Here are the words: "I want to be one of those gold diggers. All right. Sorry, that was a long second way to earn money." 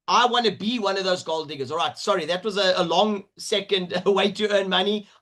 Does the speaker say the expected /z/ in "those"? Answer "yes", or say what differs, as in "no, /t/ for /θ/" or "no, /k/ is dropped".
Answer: yes